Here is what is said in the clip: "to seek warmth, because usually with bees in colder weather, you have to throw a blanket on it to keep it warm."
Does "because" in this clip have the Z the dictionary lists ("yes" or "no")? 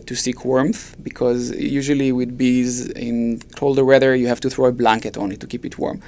yes